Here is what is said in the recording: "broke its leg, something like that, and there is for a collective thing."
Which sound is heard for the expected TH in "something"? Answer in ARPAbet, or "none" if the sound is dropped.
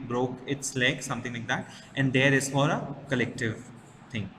T